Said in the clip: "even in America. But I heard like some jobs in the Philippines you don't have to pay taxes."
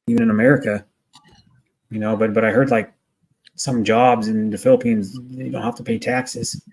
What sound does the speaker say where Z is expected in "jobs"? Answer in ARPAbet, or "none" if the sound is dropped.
Z